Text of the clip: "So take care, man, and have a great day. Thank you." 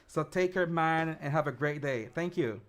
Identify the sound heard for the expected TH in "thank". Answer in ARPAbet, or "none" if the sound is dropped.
TH